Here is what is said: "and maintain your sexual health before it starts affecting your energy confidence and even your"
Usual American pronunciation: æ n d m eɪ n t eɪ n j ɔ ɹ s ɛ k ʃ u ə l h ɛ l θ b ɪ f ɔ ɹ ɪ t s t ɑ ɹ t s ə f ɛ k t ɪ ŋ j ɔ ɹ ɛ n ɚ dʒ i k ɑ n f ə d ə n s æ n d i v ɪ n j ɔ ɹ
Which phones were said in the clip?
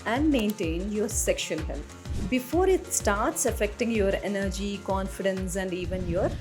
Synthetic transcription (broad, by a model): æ n d m eɪ n t eɪ n j ɔ ɹ s ɛ k ʃ u ə l h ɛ l t b ɪ f ɔ ɹ ɪ t s t ɑ ɹ t s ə f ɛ k t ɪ ŋ j ɔ ɹ ɛ n ɚ dʒ i k ɑ n f ə d ə n s æ n d i v ɪ n j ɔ ɹ